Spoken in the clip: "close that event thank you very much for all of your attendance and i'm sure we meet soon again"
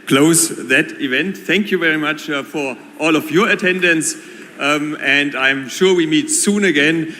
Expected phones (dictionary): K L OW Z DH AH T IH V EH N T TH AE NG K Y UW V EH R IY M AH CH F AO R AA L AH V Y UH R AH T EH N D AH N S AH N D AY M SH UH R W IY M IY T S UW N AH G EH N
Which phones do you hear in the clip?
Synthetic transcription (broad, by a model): K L OW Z DH AH T IH V EH N T TH AE NG K Y UW V EH R IY M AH CH F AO R AA L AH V Y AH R AH T EH N D AH N S AH N D AY M SH UH R W IY M IY T S UW N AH G EH N